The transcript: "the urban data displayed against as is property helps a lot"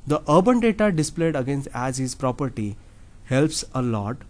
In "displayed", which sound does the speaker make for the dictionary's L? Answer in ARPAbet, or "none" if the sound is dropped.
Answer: L